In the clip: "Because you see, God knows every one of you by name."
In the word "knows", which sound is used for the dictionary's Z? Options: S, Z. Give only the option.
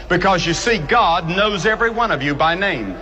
Z